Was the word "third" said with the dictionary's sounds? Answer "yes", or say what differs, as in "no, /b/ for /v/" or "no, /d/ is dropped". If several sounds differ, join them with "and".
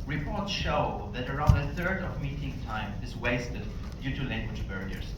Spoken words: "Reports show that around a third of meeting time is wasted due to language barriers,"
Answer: yes